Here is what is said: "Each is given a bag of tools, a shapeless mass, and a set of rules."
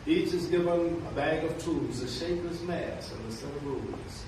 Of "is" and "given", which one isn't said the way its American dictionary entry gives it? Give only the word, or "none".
none